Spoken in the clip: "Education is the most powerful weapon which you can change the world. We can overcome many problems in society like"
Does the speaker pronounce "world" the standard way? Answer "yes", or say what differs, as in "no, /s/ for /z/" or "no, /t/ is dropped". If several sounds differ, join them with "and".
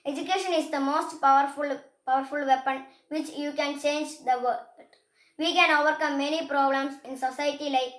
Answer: no, /l/ is dropped